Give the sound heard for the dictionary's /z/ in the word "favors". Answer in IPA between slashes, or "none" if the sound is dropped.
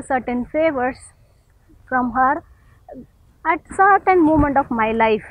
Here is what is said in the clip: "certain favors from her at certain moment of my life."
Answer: /s/